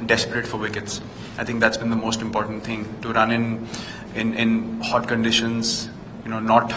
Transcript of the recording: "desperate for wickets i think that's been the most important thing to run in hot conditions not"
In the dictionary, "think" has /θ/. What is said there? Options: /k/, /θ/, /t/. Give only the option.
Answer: /t/